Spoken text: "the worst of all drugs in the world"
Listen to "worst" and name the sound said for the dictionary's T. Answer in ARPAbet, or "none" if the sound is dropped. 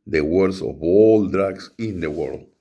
none